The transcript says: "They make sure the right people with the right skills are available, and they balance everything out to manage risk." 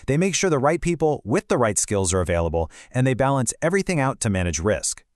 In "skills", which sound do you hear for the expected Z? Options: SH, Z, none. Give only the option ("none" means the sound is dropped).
Z